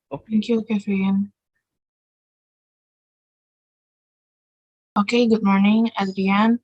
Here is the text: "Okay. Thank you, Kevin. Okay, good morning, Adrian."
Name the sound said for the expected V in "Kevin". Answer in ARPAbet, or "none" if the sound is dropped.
F